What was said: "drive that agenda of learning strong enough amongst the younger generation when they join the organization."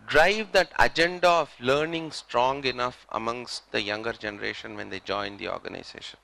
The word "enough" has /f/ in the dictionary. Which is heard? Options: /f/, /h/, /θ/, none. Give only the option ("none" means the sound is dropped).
/f/